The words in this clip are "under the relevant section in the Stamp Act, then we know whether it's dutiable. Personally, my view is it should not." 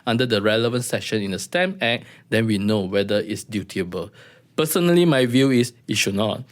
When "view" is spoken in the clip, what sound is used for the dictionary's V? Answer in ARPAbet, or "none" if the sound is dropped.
V